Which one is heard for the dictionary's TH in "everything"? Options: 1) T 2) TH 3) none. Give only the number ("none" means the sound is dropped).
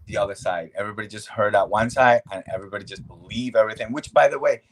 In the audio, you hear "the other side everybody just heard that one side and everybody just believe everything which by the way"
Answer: 2